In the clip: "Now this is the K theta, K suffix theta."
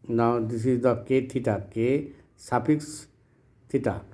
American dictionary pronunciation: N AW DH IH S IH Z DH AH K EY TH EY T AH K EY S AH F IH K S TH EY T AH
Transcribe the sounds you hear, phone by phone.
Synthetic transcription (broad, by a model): N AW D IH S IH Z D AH K EY T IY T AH K EY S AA P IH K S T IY T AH